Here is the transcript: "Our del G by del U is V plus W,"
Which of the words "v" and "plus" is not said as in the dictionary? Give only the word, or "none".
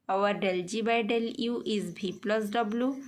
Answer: v